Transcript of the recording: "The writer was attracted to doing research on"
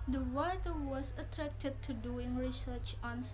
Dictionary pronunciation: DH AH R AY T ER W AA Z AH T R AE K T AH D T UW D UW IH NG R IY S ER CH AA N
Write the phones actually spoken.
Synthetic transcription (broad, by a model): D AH W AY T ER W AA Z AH T R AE K T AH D T UW D UW IH NG R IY S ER CH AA N